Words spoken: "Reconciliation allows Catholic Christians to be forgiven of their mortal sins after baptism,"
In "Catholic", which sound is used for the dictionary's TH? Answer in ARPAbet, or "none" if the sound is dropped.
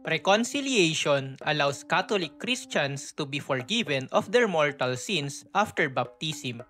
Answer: T